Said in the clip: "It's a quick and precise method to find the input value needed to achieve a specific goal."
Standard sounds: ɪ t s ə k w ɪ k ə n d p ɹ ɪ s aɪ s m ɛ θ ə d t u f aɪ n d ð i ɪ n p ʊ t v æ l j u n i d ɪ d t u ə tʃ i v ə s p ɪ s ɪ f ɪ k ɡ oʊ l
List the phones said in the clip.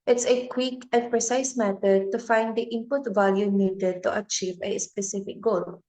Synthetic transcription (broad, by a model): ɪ t s ə k w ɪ k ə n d p ɹ ɪ s aɪ s m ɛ t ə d t u f aɪ n d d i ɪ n p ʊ t v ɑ l j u n i d ɪ d t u ə tʃ i v ə s p ɪ s ɪ f ɪ k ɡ oʊ l